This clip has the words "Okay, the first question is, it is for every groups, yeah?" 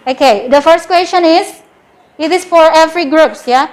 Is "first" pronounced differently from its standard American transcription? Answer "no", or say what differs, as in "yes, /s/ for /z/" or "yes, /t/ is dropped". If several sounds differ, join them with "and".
no